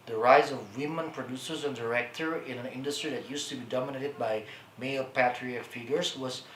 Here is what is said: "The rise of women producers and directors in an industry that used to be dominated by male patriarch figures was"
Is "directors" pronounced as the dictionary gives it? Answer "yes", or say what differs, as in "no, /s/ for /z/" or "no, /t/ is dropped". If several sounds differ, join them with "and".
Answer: no, /z/ is dropped